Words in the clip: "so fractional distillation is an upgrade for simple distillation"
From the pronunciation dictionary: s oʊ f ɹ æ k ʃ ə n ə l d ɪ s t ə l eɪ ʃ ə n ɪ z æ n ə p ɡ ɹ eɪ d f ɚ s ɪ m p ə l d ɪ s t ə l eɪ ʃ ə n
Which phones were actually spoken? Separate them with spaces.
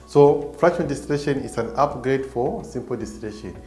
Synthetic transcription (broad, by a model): s oʊ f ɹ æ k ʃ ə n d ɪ s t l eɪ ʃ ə n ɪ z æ n ə p ɡ ɹ eɪ d f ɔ s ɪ m p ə l d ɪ s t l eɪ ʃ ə n